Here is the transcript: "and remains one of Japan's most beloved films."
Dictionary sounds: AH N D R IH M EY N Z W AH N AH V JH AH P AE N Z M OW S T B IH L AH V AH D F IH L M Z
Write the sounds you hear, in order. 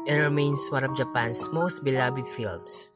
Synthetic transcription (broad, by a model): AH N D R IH M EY N S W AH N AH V JH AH P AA N S M OW S T B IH L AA B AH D F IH L M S